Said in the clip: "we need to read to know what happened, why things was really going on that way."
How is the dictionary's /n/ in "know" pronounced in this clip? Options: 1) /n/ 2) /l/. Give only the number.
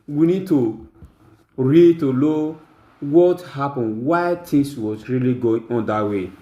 2